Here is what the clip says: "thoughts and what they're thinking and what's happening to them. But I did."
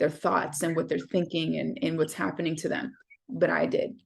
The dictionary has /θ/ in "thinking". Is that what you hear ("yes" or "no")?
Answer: yes